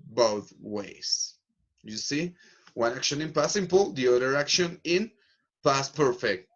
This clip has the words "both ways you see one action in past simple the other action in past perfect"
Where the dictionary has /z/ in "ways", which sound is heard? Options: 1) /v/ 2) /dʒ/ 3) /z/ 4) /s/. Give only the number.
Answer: 4